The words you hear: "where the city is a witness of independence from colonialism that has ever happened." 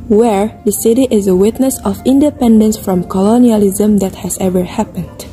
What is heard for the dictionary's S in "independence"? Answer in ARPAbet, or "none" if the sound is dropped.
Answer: S